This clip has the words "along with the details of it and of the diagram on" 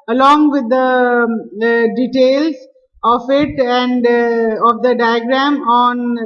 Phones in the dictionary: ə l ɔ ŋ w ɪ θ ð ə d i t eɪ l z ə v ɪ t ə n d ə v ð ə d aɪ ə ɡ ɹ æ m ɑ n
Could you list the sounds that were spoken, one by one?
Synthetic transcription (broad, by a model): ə l ɔ ŋ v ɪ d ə d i t eɪ l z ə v ɪ t ə n d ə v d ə d aɪ ə ɡ ɹ æ m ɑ n